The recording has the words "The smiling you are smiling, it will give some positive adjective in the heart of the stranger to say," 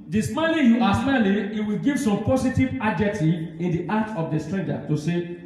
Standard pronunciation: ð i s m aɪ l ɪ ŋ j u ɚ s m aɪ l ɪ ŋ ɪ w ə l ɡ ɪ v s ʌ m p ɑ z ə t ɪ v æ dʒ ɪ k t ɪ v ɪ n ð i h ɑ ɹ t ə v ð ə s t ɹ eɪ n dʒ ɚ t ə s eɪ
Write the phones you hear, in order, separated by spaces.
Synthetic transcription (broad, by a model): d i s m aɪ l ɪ j u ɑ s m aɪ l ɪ ɪ w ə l ɡ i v s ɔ m p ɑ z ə t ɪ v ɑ dʒ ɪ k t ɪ ɪ n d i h ɑ t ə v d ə s t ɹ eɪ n dʒ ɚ t ə s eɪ